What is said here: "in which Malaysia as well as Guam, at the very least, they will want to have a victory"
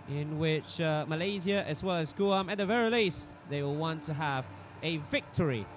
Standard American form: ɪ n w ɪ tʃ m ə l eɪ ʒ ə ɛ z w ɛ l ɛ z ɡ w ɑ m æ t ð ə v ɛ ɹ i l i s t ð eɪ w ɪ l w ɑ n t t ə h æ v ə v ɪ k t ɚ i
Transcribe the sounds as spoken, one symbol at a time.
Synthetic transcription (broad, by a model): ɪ n w ɪ tʃ m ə l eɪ z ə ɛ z w ɛ l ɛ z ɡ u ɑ m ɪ t ð ə v ɛ ɹ i l i s t ð eɪ w ɪ l w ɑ n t t ə h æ v ə v ɪ k t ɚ i